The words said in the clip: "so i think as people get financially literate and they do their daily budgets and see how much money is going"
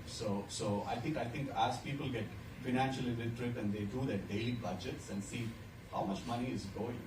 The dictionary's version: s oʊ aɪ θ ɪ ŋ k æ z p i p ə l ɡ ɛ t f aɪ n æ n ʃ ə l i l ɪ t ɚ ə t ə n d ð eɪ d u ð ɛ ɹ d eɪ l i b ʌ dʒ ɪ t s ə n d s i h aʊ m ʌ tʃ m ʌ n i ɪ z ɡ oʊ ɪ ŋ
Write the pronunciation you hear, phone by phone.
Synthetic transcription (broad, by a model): s oʊ aɪ t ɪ ŋ k æ z p i p ə l ɡ ɛ t f aɪ n æ n ʃ ə l i n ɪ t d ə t ə n d eɪ d u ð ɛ d eɪ l i b ʌ dʒ ɪ t s ə n d s i h aʊ m ʌ tʃ m ʌ n i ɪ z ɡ oʊ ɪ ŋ